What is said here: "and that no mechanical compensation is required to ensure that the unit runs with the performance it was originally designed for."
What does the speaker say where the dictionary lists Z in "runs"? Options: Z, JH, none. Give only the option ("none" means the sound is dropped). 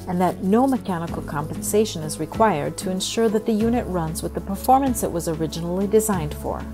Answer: Z